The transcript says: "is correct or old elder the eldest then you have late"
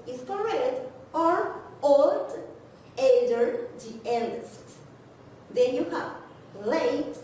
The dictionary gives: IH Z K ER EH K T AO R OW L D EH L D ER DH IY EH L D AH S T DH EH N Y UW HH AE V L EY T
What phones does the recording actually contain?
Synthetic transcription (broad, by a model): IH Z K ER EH T AO R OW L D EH N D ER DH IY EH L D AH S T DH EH N Y UW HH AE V L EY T